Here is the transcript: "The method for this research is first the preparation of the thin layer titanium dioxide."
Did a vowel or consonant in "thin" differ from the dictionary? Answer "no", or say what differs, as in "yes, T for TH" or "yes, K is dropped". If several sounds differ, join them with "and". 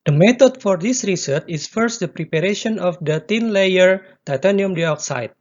yes, T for TH